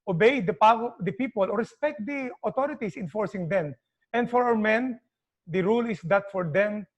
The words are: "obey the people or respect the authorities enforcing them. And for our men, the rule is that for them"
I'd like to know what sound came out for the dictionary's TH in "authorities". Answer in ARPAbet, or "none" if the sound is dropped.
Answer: T